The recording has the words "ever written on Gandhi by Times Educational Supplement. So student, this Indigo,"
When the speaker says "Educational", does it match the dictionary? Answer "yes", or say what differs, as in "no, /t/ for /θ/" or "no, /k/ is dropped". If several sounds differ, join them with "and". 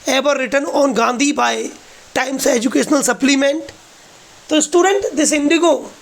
yes